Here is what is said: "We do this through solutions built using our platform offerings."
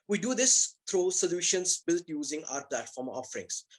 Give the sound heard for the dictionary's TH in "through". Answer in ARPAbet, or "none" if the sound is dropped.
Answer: T